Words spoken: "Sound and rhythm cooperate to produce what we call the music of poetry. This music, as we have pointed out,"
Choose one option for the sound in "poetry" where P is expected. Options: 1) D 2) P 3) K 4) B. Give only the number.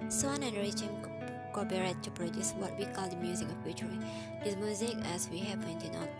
4